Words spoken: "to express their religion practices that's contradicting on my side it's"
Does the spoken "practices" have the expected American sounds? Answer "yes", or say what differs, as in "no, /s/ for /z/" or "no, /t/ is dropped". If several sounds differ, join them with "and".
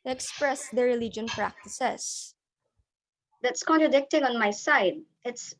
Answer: no, /s/ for /z/